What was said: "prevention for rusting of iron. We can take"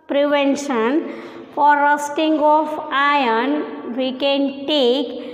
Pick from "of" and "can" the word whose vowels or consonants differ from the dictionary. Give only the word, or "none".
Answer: of